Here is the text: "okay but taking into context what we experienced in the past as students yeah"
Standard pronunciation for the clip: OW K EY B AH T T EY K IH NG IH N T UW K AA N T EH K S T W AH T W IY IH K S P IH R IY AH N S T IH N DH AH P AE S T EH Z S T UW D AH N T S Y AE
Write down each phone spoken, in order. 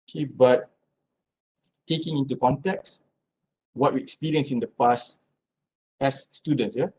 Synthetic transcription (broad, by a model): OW K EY B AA T T EY K IH NG IH N T UW K AA N T EH K S W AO T W IY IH K S P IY R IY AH N S IH N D AH P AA S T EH S T UW D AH N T S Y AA